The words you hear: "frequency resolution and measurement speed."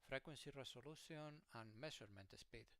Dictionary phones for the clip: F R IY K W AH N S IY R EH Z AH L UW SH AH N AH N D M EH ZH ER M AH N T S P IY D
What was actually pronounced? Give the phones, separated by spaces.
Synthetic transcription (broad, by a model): F R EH K W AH N S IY R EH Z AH L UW S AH N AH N M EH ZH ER M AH N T S P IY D